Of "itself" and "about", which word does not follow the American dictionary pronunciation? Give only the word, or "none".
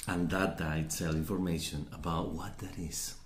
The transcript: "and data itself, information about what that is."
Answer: itself